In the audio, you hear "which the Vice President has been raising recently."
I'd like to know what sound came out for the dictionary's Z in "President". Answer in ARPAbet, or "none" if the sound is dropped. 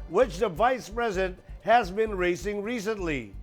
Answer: Z